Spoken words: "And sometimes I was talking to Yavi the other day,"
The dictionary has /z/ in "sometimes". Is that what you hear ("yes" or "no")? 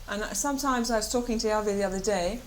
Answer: yes